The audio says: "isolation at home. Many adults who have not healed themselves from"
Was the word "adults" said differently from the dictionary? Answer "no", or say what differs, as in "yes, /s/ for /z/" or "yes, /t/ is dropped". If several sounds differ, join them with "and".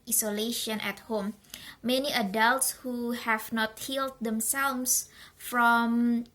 no